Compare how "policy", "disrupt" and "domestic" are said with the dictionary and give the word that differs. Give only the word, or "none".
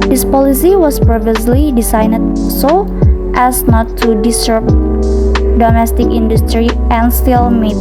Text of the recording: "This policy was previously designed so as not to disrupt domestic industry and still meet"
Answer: disrupt